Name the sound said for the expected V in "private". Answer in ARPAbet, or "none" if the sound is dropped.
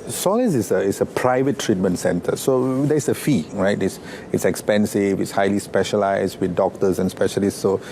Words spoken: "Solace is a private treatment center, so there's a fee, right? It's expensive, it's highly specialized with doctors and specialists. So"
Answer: V